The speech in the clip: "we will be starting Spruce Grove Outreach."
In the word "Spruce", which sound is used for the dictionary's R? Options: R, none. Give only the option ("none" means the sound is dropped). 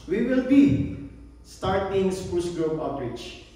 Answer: none